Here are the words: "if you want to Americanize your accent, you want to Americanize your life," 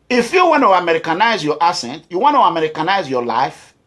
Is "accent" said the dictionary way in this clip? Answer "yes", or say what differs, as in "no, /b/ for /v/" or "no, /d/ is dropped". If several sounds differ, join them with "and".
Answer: no, /k/ is dropped